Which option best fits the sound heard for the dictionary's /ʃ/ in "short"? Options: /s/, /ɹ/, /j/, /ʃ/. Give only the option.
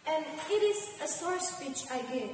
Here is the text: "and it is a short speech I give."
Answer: /s/